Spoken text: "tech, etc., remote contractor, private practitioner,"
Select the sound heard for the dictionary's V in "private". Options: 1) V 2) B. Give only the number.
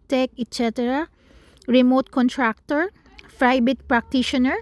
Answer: 2